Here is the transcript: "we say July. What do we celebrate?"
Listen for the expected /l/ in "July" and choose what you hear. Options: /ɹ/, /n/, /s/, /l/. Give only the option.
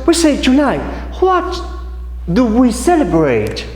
/n/